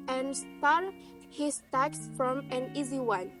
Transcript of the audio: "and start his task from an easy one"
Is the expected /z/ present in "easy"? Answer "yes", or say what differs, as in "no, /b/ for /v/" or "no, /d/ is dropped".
yes